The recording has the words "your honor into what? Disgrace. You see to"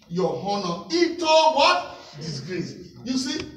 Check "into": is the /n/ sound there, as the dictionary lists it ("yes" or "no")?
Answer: no